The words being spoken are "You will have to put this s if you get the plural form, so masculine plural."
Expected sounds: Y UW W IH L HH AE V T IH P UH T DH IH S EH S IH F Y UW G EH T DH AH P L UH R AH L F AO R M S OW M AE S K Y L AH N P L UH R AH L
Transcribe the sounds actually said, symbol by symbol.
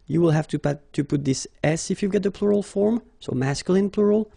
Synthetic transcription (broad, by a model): Y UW W IH L HH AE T T IH P UH T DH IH S EH S IH F Y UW G EH T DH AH P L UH R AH L F AO R M S OW M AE S K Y L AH N P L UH R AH L